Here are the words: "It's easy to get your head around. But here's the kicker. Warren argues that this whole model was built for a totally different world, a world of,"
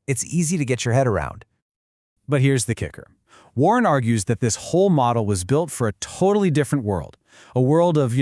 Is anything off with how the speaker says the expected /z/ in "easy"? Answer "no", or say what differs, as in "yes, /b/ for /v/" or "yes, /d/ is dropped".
no